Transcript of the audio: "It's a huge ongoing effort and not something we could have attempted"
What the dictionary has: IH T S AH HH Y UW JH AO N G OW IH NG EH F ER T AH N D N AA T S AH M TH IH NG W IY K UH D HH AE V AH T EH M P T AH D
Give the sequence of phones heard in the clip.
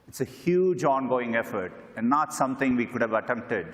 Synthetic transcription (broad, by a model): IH T S AH HH Y UW JH AO N G OW IH NG EH F ER T AH N D N AA T S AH M T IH NG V IY K UH D HH AE V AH T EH M P T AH D